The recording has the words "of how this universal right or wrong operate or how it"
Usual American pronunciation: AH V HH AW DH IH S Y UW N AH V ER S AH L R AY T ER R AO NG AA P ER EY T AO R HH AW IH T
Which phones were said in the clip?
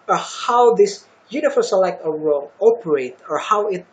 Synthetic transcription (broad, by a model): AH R HH AW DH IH S Y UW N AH F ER S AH L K T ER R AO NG AA P ER EY T AO R HH AW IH T